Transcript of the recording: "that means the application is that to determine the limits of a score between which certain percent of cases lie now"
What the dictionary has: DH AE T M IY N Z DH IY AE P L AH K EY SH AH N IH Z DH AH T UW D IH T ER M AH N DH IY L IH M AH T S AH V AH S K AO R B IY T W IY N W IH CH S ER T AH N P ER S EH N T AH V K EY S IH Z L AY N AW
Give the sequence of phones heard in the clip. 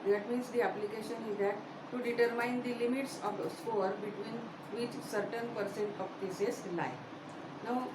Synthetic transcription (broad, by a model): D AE T M IY N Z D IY AE P L AH K EY SH AH N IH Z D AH T UW D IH T ER M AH N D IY L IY M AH T S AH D AH S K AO R B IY T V IY N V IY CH S ER T AH N P ER S EH N T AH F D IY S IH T L AY N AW